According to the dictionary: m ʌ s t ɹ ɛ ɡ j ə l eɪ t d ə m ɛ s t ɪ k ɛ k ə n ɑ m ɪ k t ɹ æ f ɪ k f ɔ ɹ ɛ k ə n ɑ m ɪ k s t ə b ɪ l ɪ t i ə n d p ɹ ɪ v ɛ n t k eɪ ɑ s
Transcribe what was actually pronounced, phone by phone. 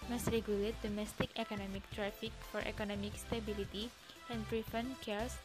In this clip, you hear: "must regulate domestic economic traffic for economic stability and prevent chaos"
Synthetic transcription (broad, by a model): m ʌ s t ɹ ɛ ɡ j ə l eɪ t d ə m ɛ s t ɪ k ɛ k ə n ɑ m ɪ k t ɹ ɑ f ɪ k f ɔ ɹ ɛ k ə n ɑ m ɪ k s t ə b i l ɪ t i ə n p ɹ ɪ f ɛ n k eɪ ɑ s